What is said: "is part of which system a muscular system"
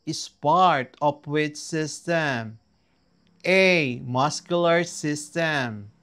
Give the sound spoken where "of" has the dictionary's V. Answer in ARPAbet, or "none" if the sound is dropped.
P